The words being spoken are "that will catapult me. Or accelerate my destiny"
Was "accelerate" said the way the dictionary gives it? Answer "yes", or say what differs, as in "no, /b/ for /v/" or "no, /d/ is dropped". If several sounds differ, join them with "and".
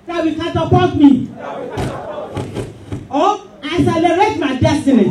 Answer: no, /k/ is dropped